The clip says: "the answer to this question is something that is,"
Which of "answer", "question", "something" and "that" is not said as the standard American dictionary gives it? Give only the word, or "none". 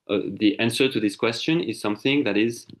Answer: none